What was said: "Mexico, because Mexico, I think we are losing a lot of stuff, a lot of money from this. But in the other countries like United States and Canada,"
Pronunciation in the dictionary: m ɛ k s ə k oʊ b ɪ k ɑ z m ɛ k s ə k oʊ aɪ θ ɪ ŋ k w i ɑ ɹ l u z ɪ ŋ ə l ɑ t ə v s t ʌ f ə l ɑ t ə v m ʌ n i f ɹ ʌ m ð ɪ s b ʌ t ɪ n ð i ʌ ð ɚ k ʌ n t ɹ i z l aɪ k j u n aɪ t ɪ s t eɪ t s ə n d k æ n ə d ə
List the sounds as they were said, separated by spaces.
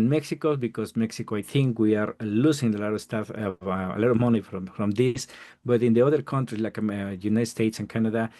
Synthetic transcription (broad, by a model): m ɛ k s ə k oʊ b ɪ k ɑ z m ɛ k s ə k oʊ aɪ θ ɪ ŋ k w i ɑ ɹ l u s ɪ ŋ ə l ɑ t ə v s t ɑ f ə l ɑ t ə v m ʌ n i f ɹ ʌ m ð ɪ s b ʌ t ɪ n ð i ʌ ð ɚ k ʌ n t ɹ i s l aɪ k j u n aɪ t s t eɪ t s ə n k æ n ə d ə